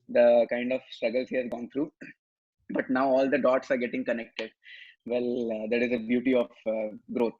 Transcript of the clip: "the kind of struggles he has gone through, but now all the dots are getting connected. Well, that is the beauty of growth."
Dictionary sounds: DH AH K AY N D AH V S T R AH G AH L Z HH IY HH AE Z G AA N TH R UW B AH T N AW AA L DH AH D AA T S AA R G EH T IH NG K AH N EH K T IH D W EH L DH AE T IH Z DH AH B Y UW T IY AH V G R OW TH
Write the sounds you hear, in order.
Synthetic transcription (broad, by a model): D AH K AY N D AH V S T R AH G AH L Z HH IY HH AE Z G AA N T R UW B AH T N AW AA L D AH D AA T S AA R G EH T IH NG K AH N EH K T IH D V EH L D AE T IH Z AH B Y UW T IY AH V G R OW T